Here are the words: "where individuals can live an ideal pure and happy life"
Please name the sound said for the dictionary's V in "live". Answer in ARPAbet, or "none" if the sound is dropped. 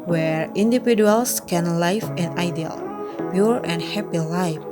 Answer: F